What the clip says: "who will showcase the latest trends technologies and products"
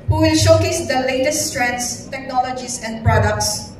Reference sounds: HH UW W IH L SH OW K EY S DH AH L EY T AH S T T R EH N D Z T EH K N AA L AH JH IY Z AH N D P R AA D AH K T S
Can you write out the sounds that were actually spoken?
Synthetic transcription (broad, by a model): HH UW W IH L SH OW K EY S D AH L EY T AH S T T R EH N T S T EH K N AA L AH JH IY S AH N D P R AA D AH K T S